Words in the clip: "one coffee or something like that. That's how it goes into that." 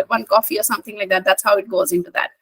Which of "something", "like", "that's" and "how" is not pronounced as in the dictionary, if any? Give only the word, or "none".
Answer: none